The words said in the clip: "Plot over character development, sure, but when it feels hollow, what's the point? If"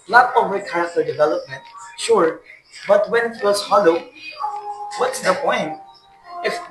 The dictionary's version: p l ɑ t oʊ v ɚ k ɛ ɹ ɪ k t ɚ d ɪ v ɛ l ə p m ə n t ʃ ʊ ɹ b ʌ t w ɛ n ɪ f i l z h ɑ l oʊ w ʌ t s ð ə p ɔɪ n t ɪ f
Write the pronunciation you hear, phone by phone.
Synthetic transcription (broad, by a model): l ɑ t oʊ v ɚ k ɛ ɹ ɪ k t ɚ d ɪ v ɛ l ə p m ə n t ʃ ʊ ɹ b ʌ t w ɛ n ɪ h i w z h ɑ l oʊ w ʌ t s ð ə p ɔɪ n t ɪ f